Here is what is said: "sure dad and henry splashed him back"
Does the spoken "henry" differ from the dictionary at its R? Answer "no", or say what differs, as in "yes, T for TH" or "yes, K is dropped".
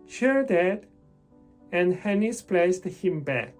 yes, R is dropped